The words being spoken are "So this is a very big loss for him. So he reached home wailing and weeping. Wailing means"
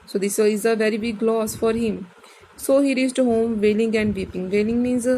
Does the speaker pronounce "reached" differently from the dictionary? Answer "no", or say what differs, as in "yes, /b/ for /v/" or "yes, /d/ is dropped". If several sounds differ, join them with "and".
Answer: yes, /s/ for /tʃ/